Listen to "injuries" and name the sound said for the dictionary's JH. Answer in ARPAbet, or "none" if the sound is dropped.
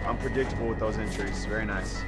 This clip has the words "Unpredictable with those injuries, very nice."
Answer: CH